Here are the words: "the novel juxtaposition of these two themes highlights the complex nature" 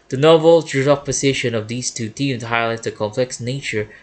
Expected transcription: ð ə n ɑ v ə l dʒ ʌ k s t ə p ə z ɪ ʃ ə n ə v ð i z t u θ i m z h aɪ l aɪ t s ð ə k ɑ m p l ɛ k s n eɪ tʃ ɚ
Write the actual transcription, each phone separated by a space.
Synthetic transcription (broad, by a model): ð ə n ɑ v ə l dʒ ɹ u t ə p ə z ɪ ʃ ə n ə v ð i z t u t i m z h aɪ l aɪ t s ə k ɑ m p l ɛ k s n eɪ tʃ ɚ